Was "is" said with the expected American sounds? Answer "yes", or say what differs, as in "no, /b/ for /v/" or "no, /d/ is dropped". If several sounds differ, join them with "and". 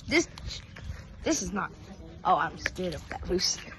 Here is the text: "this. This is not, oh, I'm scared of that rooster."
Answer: yes